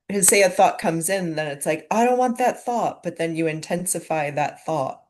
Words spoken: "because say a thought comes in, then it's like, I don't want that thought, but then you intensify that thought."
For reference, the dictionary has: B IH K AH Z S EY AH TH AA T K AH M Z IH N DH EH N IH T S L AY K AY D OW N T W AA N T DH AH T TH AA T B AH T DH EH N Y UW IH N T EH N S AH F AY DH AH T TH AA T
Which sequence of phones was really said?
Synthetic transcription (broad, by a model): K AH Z S EY AH TH AA T K AH M Z IH N DH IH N IH T S L AY K AY D OW N T W AA N DH AH T TH AA T B AH T DH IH N Y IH IH N T EH N S AH F AY DH AH T TH AA T